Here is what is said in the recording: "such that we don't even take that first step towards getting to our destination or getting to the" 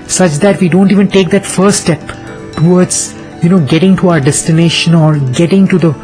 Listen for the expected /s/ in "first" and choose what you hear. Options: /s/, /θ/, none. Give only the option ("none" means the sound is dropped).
none